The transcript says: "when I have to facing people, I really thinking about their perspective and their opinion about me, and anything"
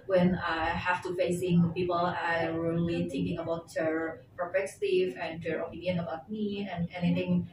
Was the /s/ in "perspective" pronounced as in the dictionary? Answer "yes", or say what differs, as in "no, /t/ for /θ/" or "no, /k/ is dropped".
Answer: no, /s/ is dropped